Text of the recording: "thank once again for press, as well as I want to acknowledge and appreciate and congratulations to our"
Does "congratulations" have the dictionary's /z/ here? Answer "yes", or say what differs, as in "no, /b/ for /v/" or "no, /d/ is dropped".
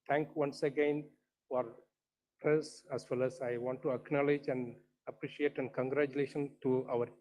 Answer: no, /z/ is dropped